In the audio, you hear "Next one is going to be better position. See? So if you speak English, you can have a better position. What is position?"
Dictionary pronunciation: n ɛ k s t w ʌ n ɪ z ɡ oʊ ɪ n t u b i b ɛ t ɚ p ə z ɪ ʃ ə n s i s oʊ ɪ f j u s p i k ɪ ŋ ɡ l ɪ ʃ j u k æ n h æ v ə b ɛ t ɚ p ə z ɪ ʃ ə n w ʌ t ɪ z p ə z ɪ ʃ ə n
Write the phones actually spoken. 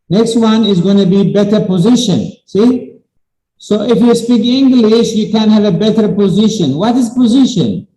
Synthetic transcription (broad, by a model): n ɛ k s t w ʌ n ɪ z ɡ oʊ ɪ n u b i b ɛ t ɚ p ə z ɪ ʃ ə n s i s oʊ ɪ f j u s p i k ɪ ŋ ɡ l ɪ ʃ j u k æ n h æ v ə b ɛ t ɚ p ə z ɪ ʃ ə n w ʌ t ɪ z p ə z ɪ ʃ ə n